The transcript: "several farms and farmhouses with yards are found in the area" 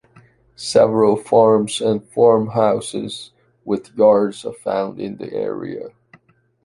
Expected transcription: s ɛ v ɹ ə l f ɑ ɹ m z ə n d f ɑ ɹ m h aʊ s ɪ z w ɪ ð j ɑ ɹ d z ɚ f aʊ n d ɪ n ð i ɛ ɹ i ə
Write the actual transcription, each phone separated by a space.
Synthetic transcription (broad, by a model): s ɛ v ɹ ə l f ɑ ɹ m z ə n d f ɑ ɹ m h aʊ s ɪ z w ɪ ð j ɑ ɹ d z ɚ f aʊ n d ɪ n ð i ɛ ɹ i ə